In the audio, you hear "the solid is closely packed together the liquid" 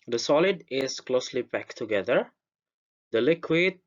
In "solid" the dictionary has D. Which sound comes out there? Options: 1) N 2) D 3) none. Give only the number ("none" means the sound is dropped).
2